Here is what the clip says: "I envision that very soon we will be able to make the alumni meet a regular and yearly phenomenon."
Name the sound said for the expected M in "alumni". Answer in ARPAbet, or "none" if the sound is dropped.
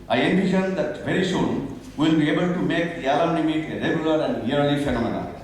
none